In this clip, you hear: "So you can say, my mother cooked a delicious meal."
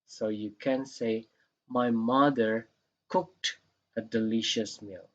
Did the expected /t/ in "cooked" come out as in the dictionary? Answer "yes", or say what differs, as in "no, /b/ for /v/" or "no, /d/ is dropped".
yes